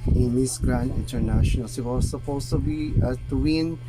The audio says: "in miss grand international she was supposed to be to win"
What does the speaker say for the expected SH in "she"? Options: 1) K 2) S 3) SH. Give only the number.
2